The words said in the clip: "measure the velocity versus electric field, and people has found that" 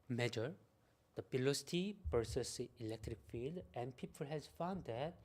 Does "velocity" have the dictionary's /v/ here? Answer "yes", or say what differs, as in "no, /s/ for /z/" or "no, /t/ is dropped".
no, /p/ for /v/